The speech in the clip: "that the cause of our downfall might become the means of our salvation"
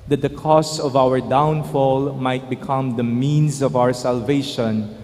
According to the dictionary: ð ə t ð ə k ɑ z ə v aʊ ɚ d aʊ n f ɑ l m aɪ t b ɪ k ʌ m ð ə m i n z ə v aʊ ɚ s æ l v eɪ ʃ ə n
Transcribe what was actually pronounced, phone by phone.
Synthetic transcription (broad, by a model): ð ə t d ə k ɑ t ə v aʊ ɚ d aʊ n f ɑ l m aɪ t b ɪ k ʌ m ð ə m i n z ə v aʊ ɚ s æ l v eɪ ʃ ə n